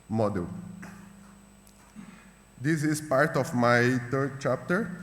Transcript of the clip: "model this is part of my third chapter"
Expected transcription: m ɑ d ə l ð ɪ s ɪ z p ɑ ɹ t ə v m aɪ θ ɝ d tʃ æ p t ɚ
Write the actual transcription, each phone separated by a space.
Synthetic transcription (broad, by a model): m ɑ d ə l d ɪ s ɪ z p ɑ ɹ t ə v m aɪ t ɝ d tʃ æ p t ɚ